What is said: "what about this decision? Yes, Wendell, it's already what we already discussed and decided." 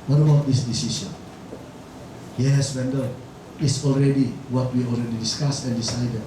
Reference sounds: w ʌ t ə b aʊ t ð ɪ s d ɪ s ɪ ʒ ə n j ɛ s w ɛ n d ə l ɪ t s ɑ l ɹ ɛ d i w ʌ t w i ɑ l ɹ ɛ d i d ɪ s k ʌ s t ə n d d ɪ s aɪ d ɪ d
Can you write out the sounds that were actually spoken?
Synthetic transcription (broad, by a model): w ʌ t ə b aʊ t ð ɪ s d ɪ s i s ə n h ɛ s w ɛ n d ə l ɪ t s ɑ l ɹ ɛ d i w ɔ t w i ɑ l ɹ ɛ d i d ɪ s k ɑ s ə n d d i s aɪ d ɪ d